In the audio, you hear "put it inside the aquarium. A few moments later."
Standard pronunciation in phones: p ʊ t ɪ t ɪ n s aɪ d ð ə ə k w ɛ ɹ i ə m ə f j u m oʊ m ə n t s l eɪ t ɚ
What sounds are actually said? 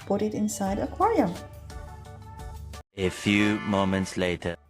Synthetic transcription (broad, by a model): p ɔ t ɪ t ɪ n s aɪ d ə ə k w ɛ ɹ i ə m ə f j u m oʊ m ə n t s l eɪ t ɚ